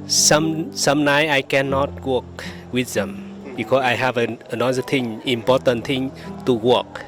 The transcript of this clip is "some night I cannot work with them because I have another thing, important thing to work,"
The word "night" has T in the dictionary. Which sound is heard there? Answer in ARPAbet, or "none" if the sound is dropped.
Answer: none